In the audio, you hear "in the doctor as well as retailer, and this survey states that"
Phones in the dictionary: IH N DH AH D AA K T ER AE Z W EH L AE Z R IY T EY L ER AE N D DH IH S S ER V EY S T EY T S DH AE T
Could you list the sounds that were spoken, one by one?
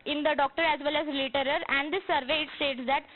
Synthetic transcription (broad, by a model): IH N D AH D AA K T ER AE Z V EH L AE Z L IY T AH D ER AE N D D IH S S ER V EY S T EY T S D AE T